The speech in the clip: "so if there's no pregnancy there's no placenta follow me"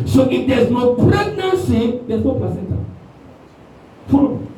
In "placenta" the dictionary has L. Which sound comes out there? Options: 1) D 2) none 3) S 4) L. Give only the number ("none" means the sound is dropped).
2